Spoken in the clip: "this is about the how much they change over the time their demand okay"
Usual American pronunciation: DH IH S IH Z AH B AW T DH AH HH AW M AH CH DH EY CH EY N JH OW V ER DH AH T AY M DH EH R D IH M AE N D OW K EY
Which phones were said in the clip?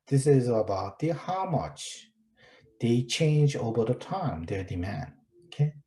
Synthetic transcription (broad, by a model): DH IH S IH Z AH B AW T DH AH HH AW M AH CH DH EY CH EY N JH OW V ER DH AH T AY M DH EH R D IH M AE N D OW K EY